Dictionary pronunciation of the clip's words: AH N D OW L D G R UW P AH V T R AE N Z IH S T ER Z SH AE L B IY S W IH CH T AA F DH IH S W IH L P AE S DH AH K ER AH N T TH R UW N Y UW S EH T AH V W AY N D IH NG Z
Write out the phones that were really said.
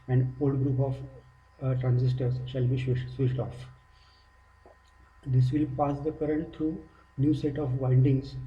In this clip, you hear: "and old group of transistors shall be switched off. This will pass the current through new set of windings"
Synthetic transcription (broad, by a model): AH N D OW L D G R UW P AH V T R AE N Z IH S T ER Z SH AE L B IY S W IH SH T AA F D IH S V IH L P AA S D AH K ER AH N T T R UW N Y UW S EH T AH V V AY N D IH NG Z